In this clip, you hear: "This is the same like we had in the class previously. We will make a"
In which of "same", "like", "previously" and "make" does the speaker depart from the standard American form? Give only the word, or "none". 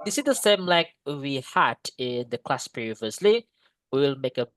none